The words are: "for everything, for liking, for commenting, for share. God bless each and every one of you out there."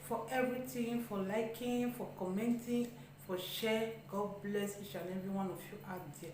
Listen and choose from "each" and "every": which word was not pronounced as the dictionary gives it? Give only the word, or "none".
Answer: every